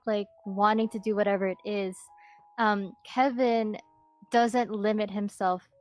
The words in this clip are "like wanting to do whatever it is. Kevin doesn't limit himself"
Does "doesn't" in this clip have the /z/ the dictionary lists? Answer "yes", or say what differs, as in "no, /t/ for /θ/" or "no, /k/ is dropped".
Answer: yes